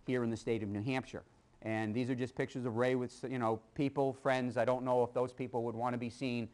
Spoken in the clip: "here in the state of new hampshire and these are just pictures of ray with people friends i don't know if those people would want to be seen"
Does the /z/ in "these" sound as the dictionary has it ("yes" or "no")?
yes